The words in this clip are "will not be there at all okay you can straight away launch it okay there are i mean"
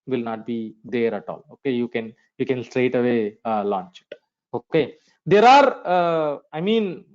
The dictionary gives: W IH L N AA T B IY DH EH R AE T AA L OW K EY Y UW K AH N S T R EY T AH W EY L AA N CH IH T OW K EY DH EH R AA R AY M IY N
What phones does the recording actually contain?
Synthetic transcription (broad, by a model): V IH L N AA T B IY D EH R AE T AA L OW K EY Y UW K AH N S T R EY T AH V EY L AA N CH IH T OW K EY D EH R AA R AY M IY N